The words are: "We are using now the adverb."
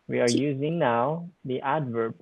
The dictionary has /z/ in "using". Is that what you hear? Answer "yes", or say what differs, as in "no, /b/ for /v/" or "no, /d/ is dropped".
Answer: yes